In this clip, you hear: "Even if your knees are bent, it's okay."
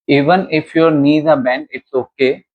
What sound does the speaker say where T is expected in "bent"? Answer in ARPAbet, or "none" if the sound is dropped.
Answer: none